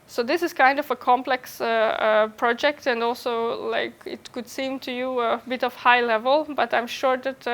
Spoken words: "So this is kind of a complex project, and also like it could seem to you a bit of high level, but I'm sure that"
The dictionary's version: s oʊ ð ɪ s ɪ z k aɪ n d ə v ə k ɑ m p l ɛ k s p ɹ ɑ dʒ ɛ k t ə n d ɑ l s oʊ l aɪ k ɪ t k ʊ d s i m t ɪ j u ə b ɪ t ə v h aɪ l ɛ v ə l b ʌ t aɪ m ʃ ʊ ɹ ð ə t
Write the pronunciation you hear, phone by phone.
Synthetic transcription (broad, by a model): s oʊ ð ɪ s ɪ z k aɪ n d ə v ə k ɑ m p l ɛ k s p ɹ ɑ dʒ ɛ k t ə n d ɑ l s oʊ l aɪ k ɪ t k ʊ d s i m t ɪ j u ə b ɪ t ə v h aɪ l ɛ v ə l b ʌ t aɪ m ʃ ʊ ɹ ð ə t